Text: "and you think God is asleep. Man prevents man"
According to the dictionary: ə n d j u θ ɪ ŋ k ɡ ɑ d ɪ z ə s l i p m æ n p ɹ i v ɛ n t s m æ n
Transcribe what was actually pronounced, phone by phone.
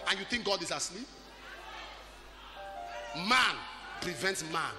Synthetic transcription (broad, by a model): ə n j u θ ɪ ŋ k ɡ ɑ d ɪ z ə s l i p m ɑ n p ɹ i v ɛ n t s m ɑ n